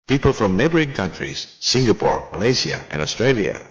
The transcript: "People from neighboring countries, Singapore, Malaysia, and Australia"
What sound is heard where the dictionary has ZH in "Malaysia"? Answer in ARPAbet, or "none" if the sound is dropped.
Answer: S